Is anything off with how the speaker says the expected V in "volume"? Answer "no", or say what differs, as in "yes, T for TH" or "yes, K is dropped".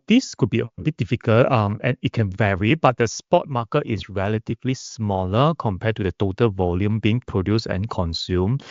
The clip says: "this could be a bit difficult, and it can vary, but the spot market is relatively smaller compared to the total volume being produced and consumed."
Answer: no